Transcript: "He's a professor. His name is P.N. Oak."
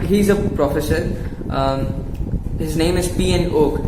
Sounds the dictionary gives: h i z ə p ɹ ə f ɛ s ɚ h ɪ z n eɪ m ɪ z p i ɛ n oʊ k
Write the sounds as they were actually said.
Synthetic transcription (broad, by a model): h i z ə p ɹ ə f ɛ s ɚ h ɪ z n eɪ m ɪ z p i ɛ n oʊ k